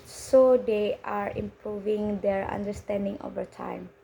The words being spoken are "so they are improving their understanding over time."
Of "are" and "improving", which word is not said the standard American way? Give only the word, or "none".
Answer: none